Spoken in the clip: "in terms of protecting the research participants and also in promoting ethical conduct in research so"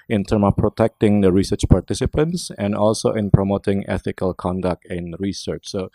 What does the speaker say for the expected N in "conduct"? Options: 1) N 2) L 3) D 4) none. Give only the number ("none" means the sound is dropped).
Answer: 1